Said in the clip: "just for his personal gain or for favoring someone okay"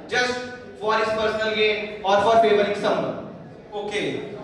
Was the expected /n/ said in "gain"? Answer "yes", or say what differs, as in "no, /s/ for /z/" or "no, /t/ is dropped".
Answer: no, /n/ is dropped